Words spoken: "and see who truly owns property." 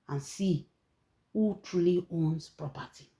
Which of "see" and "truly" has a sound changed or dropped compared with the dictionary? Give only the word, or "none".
none